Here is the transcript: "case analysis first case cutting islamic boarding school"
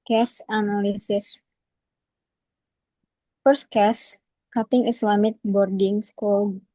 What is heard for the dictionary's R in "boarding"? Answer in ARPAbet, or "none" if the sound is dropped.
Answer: R